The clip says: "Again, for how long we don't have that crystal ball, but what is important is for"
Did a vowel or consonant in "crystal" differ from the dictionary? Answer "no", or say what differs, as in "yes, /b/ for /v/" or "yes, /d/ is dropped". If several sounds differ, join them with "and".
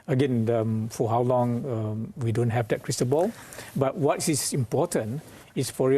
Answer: yes, /n/ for /l/